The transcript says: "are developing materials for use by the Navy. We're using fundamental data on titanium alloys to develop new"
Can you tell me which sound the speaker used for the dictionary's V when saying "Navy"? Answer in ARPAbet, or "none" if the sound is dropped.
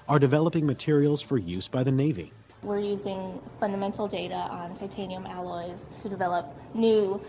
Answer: V